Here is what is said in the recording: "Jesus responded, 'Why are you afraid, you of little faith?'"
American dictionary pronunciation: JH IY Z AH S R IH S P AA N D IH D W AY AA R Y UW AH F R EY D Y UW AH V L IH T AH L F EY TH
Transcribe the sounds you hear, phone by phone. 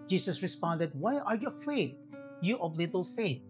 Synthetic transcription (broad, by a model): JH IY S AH S R IH S P AA N D IH D W AY AA R Y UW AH F EY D Y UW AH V L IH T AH L F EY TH